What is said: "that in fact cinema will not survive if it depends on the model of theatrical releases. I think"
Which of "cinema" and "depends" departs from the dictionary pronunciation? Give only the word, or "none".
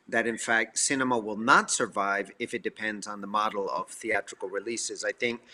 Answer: none